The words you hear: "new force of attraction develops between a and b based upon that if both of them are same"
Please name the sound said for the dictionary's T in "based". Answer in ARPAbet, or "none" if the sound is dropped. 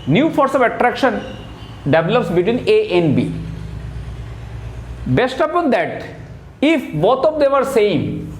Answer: T